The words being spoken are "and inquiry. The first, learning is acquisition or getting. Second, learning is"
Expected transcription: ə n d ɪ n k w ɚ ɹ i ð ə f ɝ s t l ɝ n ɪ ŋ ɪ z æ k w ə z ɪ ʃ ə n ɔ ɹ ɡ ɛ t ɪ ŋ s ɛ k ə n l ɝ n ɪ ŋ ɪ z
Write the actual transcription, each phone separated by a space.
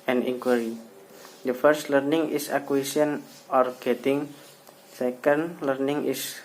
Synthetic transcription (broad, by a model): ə n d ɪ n k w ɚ ɹ i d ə f ɝ s t l ɝ n ɪ ŋ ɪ s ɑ k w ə s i ə n ɔ ɹ ɡ ɛ t ɪ ŋ s ɛ k ə n l ɝ n ɪ ŋ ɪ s